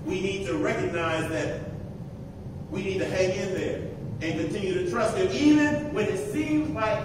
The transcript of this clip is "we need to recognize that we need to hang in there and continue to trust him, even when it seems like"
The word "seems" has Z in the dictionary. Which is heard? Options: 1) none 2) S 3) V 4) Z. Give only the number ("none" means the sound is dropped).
4